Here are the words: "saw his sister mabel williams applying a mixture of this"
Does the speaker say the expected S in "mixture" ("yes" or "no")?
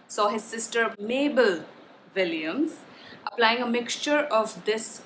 yes